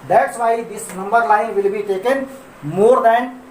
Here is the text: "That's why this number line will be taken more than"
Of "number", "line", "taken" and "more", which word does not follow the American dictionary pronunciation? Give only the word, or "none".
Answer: none